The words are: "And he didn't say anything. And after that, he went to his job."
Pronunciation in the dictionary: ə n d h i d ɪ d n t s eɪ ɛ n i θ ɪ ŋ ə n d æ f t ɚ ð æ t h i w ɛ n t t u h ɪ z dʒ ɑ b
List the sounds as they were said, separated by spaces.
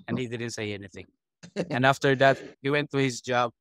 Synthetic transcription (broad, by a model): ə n h i d ɪ d n t s eɪ ɛ n i θ ɪ ŋ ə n æ f t ɚ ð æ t h i w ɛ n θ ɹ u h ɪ z dʒ ɑ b